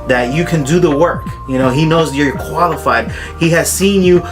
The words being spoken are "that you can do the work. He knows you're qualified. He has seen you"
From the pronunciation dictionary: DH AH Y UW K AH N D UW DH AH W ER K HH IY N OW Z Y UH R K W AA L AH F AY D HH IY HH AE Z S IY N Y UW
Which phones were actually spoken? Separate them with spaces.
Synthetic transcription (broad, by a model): DH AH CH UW K AH N D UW DH AH W ER K HH IY N OW Z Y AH R K W AA L AH F AY D HH IY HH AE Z S IY N Y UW